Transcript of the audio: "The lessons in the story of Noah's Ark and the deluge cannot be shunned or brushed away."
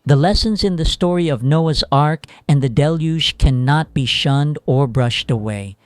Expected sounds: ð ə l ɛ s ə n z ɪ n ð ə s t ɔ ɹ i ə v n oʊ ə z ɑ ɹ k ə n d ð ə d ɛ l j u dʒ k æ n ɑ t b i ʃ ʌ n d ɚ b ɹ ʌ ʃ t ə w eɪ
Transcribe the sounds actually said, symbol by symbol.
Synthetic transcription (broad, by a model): ð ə l ɛ s ə n z ɪ n ð ə s t ɔ ɹ i ə v n oʊ ə z ɑ ɹ k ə n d ð ə d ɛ l j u ʒ k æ n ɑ t b i ʃ ʌ n d ɚ b ɹ ʌ ʃ t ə w eɪ